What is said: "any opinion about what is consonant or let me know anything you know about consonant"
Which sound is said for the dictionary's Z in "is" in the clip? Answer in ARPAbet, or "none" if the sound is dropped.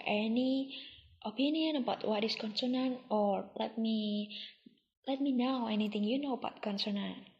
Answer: S